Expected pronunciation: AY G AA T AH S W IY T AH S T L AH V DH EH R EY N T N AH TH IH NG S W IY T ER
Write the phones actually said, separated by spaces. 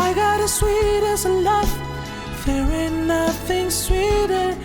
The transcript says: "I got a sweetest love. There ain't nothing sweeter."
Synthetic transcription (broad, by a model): AY G AA T AH S W IY T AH S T L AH F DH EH W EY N N AH TH IH NG S W IY T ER